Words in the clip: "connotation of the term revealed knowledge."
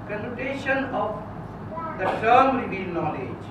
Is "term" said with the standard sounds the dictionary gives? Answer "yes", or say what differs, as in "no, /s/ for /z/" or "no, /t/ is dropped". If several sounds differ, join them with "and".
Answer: no, /s/ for /t/